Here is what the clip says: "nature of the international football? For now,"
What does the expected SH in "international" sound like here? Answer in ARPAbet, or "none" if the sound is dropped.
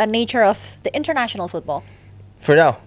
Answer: SH